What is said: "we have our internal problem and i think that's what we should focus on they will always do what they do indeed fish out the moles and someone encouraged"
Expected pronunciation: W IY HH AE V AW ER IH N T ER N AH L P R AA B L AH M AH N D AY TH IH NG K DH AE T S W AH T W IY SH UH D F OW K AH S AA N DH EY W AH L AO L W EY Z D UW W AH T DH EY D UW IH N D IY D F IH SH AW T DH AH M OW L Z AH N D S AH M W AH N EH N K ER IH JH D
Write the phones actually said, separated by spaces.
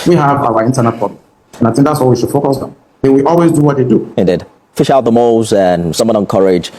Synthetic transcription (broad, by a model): W IY HH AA V AW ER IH N T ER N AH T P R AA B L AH AH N AY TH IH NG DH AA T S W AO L W IY SH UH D F OW K AH S AA N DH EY W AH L AO L W EY Z D UW W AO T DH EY D UW IH N D IY D F IH SH AW T DH AH M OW Z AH N S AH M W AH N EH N K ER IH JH